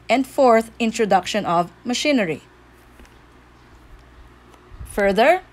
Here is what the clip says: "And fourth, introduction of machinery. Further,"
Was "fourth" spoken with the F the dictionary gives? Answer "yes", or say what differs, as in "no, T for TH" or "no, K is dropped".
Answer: yes